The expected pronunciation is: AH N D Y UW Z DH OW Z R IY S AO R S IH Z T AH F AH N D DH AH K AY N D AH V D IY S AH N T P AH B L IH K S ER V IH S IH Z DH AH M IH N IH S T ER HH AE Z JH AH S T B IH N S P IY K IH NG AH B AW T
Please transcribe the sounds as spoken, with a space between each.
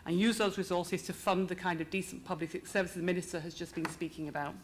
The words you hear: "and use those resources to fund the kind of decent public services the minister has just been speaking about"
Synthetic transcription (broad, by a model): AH N Y UW Z DH OW Z R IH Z AO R S IH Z T AH F AH N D DH AH K AY N D AH V D IY S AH N P AH B L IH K S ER V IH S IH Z M IH N IH S T ER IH Z JH AH S B IH N S P IY K IH NG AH B AW T